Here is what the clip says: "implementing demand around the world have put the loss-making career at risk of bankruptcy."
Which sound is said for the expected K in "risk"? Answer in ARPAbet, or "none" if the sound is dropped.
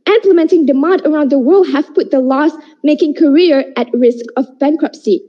K